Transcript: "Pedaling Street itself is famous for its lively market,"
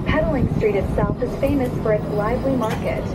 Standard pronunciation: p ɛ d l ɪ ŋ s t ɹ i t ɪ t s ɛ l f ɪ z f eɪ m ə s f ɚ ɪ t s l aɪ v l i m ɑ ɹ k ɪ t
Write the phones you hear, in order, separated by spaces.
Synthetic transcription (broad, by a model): p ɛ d l ɪ ŋ s t ɹ i t ɪ t s ɛ l f ɪ z f eɪ m ə s f ɚ ɪ t s l aɪ v l i m ɑ ɹ k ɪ t